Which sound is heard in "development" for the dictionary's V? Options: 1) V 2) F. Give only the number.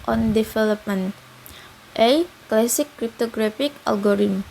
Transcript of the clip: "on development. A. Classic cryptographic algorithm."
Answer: 2